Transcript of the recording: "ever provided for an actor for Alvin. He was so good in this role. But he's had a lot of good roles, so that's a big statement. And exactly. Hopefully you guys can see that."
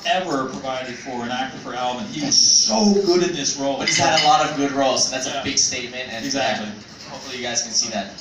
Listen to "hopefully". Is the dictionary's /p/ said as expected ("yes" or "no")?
no